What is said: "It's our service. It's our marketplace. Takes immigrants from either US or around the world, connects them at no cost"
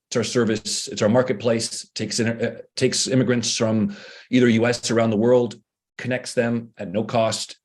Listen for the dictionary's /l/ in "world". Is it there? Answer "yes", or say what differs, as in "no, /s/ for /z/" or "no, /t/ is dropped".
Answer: yes